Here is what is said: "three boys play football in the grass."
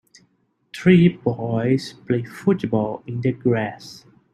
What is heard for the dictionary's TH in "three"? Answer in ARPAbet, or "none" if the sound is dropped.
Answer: T